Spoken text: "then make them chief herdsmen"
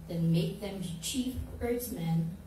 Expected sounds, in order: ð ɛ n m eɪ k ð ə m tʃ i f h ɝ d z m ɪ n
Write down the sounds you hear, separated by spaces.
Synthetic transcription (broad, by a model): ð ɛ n m eɪ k ð ə m tʃ i f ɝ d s m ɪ n